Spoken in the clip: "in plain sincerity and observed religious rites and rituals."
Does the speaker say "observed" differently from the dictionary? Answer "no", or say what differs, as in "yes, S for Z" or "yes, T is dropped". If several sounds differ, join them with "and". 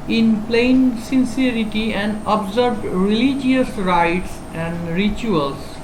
yes, B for V